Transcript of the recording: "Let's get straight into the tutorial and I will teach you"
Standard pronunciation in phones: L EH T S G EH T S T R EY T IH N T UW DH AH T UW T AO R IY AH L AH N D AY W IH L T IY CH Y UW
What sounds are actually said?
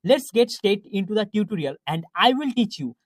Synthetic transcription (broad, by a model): L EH T S G EH T S T EY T IH N T UW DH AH T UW T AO R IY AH L AH N D AY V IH L T IY CH Y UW